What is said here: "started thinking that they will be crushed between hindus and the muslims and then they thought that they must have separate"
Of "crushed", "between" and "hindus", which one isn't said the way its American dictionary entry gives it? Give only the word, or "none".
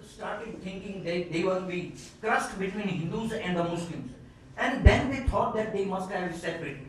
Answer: crushed